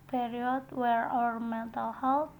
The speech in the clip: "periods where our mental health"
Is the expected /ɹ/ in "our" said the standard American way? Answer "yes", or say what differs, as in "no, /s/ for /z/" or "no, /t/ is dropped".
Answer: yes